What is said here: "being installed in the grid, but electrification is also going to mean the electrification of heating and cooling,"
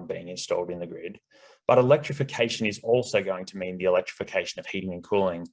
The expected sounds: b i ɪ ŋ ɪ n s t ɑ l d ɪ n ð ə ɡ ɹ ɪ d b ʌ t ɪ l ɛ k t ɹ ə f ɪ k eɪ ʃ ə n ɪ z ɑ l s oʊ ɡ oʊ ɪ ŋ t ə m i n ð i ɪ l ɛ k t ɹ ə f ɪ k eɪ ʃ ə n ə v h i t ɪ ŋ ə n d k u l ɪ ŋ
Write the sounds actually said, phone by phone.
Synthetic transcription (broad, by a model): b i ɪ ŋ ɪ n s t ɑ l d ɪ n ð ə ɡ ɹ ɪ d b ʌ t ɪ l ɛ k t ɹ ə f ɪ k eɪ ʃ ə n ɪ z ɑ l s oʊ ɡ oʊ ɪ ŋ t ə m i n ð i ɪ l ɛ k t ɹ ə f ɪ k eɪ ʃ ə n ə v h i t ɪ ŋ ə n k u l ɪ ŋ